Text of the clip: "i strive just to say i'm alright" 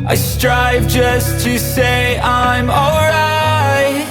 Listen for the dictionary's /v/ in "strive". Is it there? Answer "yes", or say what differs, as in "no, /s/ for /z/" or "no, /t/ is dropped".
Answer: yes